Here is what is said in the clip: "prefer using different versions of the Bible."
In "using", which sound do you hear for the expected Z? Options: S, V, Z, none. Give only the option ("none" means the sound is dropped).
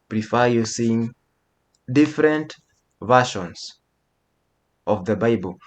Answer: S